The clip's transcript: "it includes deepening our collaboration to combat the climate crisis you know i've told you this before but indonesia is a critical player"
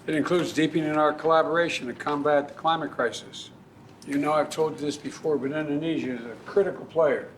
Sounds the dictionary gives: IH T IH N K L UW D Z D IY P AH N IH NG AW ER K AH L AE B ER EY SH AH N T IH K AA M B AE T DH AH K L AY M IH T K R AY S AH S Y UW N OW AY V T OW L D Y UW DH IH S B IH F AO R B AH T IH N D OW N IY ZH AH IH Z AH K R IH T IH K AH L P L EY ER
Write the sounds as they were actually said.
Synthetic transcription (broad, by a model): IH T IH N K L UW D Z D IY P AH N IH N AW ER K AH L AE B ER EY SH AH N T IH K AA M B AE T DH AH K L AY M IH T K R AY S AH S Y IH N OW AY V T OW L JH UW DH IH S B IH F AO R B AH T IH N D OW N IY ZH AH IH Z AH K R IH T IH K L P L EY ER